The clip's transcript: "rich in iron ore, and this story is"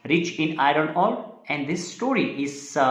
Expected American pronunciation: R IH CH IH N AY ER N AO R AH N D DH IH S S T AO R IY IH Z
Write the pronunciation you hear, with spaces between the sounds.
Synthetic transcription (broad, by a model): R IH CH IH N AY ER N AO L AH N D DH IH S S T AO R IY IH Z